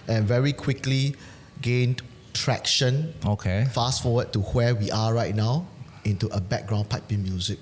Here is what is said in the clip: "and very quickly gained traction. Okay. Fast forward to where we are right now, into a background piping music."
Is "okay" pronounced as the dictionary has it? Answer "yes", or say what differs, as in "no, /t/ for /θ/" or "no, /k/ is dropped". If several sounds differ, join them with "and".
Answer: yes